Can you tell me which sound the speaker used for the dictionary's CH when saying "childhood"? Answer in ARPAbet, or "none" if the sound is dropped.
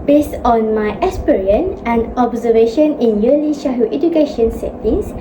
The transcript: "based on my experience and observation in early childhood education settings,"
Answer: SH